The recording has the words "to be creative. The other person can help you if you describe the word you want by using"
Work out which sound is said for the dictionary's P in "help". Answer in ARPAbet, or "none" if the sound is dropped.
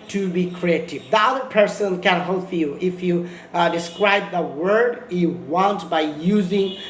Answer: F